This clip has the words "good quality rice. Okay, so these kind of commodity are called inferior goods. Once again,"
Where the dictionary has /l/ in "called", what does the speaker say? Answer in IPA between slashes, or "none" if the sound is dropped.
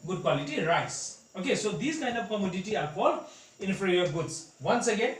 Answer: /l/